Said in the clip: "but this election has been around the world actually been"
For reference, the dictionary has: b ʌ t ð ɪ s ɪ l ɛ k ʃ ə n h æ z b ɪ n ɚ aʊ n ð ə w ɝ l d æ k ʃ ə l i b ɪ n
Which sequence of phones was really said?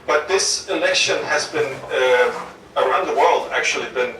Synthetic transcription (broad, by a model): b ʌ t ð ɪ s ɪ l ɛ k ʃ ə n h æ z b ɪ n ɚ aʊ n ð ə w ɝ l d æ k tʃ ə l i b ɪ n